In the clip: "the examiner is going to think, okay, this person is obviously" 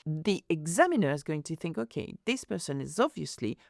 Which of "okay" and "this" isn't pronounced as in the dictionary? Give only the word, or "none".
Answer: none